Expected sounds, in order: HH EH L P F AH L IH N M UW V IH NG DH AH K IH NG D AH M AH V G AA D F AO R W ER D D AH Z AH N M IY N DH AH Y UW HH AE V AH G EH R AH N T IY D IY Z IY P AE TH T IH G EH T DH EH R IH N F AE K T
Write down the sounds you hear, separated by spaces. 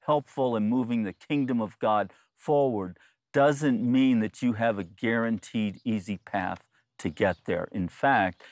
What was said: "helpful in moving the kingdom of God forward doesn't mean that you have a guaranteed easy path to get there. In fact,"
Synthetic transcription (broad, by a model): HH EH L P F L IH N M UW V IH NG DH AH K IH NG D AH M AH V G AA D F AO R W ER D D AH Z AH N M IY N DH AH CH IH V AH G EH R AH N T IY D IY Z IY P AE TH T IH G EH T DH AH R IH N F AE K T